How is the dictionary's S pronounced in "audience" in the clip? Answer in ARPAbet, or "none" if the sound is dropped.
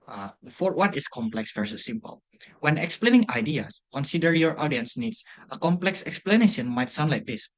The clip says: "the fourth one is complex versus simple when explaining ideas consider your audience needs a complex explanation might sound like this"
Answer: S